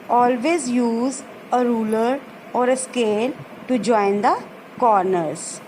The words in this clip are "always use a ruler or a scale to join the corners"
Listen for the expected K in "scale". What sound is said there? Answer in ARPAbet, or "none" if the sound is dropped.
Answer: K